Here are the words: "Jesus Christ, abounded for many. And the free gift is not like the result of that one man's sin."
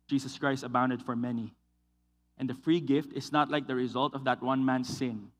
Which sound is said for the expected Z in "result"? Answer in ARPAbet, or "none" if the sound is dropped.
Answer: Z